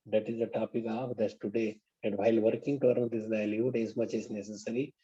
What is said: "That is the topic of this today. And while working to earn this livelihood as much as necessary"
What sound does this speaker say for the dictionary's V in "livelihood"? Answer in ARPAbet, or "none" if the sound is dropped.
none